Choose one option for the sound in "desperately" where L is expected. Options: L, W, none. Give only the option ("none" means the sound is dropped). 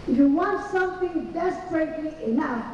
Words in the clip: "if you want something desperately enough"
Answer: none